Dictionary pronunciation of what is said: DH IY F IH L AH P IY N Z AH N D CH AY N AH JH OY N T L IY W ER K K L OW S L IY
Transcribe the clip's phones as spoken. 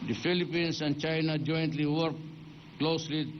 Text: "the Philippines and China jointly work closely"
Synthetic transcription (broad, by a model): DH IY F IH L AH P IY N S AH N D CH AY N AH JH OY N T L IY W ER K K L OW S L IY